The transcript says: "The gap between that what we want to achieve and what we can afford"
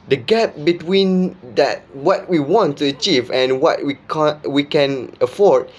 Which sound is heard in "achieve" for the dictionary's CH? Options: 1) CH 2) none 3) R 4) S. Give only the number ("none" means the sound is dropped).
1